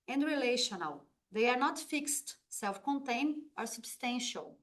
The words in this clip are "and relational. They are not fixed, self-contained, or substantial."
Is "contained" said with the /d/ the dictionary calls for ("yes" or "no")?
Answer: no